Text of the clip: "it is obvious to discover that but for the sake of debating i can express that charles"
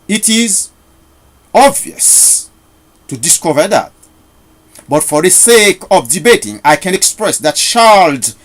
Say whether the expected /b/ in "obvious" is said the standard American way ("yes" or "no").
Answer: yes